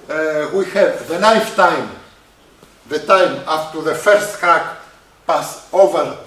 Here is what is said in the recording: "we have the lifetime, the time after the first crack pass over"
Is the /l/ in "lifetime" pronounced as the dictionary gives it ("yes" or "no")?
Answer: no